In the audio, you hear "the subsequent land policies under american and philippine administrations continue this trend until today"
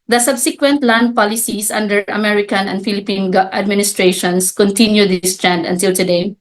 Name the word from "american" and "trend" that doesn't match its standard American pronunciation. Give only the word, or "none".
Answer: none